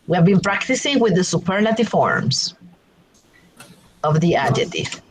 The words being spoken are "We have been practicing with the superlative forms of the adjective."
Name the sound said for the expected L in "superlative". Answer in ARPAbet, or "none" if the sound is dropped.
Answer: N